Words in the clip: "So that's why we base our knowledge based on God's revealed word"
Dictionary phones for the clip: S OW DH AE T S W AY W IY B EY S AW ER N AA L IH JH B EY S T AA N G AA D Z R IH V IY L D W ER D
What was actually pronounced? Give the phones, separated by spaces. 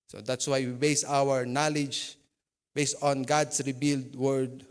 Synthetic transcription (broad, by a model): S OW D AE T S W AY W IY B EY S AW ER N AA L IH JH B EY S T AA N G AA D S R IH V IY L D W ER D